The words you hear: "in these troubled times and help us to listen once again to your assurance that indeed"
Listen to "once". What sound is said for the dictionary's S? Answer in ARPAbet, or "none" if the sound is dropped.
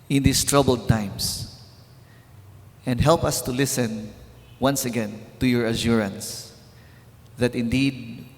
S